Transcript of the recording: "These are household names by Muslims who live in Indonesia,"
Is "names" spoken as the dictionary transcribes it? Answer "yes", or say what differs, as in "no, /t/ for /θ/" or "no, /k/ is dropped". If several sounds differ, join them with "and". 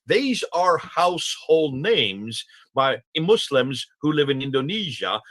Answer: yes